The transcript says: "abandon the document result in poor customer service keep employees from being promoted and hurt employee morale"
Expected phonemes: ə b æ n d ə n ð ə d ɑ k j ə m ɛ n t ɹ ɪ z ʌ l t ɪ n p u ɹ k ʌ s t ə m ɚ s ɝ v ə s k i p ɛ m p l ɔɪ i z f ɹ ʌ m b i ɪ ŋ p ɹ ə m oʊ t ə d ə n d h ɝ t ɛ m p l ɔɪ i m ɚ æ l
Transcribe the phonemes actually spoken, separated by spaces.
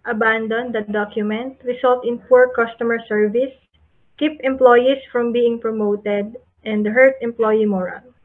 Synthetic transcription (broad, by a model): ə b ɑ n d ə n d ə d ɑ k j ə m ɛ n t ɹ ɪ s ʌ l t ɪ n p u ɹ k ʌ s t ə m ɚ s ɝ v ə s k i p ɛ m p l ɔɪ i s f ɹ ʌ m b i ɪ ŋ p ɹ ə m oʊ t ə d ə n d h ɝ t ɛ m p l ɔɪ i m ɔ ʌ l